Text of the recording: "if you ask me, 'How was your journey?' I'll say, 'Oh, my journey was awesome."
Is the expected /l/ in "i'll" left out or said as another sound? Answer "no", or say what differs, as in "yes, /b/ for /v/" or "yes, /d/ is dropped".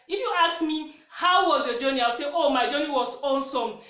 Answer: yes, /w/ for /l/